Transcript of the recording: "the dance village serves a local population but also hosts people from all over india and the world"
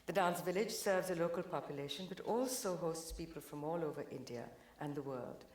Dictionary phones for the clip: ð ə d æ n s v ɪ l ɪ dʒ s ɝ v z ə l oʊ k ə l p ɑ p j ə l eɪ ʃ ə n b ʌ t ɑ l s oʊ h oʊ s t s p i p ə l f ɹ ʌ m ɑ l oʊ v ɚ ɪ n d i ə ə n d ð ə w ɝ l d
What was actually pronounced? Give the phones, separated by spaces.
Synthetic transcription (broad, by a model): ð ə d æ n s v ɪ l ɪ dʒ s ɝ v z ə l oʊ k ə l p ɑ p j ə l eɪ ʃ ə n b ʌ t ɑ l s oʊ h oʊ s t s p i p ə l f ɹ ʌ m ɑ l oʊ v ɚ ɪ n d i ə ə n ð ə w ɝ l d